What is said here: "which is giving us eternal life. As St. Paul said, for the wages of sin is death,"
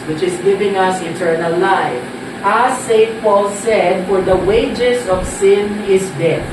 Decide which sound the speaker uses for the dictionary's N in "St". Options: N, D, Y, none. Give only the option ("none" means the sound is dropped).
none